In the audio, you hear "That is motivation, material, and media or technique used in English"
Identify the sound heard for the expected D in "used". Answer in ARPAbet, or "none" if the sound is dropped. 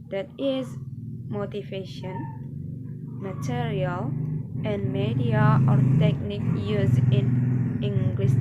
none